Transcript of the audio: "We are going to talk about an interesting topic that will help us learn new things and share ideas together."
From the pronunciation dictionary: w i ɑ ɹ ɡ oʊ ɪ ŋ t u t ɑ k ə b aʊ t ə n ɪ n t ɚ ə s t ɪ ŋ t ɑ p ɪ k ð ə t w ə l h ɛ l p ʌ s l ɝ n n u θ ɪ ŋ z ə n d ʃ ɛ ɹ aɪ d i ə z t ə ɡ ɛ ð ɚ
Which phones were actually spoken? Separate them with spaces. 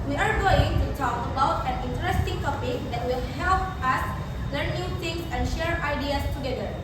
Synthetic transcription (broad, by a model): w i ɑ ɹ ɡ oʊ ɪ ŋ t u t ɑ k ə b aʊ t ə n ɪ n t ɚ ə s t ɪ ŋ t ɑ p ɪ k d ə t w ə l h ɛ l p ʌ s l ɝ n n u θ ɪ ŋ s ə n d ʃ ɛ ɹ aɪ d i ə s t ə ɡ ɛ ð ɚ